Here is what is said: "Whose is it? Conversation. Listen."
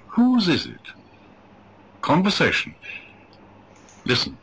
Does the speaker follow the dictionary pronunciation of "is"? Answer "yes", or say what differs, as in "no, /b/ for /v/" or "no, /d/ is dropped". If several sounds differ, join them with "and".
yes